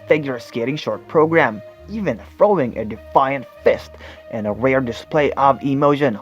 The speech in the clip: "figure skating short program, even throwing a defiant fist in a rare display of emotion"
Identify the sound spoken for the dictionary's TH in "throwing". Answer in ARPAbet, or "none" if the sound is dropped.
F